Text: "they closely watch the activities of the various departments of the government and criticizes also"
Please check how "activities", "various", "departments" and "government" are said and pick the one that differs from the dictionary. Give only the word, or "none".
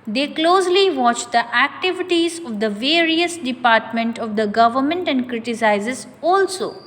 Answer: departments